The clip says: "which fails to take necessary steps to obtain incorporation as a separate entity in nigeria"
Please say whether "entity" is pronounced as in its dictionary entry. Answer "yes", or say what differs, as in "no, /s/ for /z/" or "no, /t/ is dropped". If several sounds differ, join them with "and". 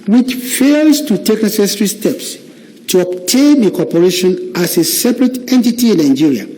yes